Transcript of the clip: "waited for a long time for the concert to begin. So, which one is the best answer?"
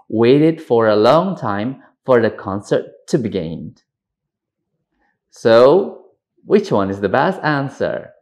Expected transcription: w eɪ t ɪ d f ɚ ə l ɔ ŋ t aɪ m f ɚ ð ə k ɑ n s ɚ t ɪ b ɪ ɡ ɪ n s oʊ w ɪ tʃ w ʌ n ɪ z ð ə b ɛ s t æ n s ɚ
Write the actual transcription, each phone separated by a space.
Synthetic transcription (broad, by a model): w eɪ t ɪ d f ɚ ə l ɔ ŋ t aɪ m f ɚ ð ə k ɑ n s ɚ t ɪ b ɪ ɡ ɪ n s oʊ w ɪ tʃ w ʌ n ɪ z ð ə b ɛ s t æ n s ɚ